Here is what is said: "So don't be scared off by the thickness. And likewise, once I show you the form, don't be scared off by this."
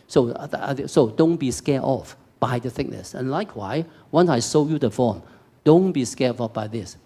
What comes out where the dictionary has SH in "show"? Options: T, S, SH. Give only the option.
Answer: S